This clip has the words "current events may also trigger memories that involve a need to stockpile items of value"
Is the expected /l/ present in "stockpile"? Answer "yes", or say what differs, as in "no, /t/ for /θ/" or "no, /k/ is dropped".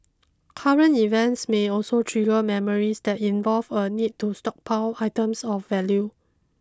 no, /w/ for /l/